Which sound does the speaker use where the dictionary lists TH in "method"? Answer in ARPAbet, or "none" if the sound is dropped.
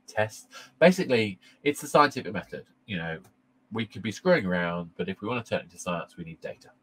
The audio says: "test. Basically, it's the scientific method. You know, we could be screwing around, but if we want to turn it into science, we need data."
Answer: TH